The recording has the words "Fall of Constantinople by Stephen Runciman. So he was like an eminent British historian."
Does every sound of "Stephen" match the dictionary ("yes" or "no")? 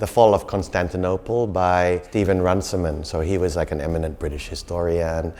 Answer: yes